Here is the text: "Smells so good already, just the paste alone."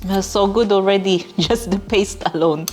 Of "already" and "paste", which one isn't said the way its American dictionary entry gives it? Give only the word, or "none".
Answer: none